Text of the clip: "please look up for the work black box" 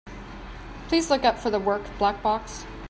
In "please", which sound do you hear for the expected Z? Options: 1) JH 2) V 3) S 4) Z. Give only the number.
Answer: 4